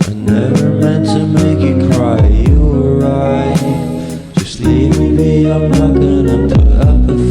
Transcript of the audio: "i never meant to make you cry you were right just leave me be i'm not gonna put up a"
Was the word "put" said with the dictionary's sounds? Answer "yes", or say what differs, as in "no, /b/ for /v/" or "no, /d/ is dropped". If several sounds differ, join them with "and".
no, /t/ is dropped